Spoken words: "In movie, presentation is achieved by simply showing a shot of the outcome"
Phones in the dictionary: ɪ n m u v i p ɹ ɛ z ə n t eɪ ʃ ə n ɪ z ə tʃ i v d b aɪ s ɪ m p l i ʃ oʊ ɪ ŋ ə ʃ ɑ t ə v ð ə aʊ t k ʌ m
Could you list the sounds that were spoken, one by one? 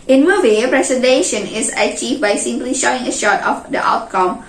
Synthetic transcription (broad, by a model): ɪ n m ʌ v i p ɹ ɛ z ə n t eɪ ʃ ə n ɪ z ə tʃ i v b aɪ s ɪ m p l i ʃ oʊ ɪ ŋ ə ʃ ɑ t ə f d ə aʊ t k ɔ m